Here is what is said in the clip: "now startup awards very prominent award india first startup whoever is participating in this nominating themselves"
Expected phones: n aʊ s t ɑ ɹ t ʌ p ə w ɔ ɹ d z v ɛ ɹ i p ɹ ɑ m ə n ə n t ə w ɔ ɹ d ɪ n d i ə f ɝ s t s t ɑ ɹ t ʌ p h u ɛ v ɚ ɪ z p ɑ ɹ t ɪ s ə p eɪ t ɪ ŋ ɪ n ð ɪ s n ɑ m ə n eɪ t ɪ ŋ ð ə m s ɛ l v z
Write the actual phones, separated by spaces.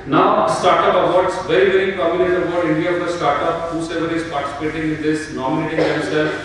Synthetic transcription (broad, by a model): n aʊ s t ɑ ɹ t ʌ p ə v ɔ ɹ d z v ɛ ɹ i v ɹ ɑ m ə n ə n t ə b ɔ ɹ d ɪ n d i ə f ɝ t s t ɑ ɹ t ʌ p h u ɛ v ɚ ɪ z p ɑ ɹ t ɪ s ə p eɪ t ɪ ŋ ɪ n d ɪ s n ɑ m ə n eɪ t ɪ ŋ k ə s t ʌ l